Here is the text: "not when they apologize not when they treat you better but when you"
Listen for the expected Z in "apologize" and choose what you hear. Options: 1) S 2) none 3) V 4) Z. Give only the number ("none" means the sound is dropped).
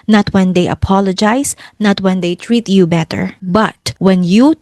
1